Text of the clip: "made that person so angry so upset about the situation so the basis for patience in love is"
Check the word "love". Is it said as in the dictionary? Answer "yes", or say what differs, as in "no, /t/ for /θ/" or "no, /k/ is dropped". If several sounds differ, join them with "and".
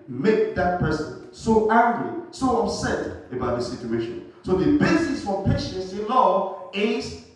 no, /v/ is dropped